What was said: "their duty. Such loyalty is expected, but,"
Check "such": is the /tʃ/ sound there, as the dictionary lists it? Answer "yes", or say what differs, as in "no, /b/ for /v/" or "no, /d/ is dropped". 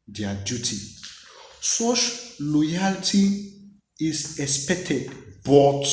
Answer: no, /ʃ/ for /tʃ/